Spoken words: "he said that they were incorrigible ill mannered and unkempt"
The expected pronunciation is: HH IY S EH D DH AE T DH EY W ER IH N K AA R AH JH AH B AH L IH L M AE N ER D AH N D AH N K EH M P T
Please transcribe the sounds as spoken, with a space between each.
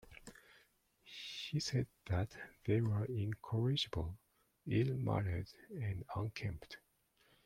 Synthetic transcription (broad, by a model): HH IY S EH D DH AE T DH EY W ER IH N K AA R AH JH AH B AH L IH L M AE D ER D AH N D AH N K EH M P T